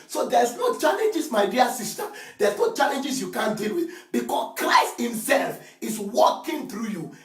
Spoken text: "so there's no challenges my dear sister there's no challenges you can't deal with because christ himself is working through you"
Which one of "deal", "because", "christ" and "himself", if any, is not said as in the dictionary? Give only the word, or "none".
because